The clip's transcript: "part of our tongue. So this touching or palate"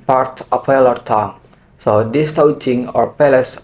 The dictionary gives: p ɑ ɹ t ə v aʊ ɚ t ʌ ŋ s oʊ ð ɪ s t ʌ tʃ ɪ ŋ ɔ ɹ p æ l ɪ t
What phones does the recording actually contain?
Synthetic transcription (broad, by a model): p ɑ ɹ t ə p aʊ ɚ t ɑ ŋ s oʊ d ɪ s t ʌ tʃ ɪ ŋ ɔ ɹ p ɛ l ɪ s